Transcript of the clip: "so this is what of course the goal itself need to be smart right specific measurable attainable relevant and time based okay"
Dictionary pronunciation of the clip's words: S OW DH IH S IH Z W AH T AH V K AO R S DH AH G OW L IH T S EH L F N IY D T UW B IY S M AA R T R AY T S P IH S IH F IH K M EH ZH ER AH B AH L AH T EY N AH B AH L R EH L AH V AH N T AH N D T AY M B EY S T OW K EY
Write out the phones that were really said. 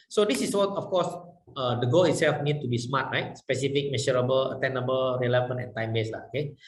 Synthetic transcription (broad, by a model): S OW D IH S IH S W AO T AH F K AO S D AH G OW L IH T S EH L F N IY D T UW B IY S M AA T R AY T S P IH S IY F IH K M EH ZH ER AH B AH L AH T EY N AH B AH L R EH L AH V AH N AH N T AY M B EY S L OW K EY